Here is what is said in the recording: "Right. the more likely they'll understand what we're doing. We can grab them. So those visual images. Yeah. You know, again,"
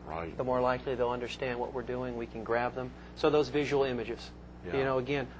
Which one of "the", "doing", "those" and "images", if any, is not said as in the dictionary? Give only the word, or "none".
none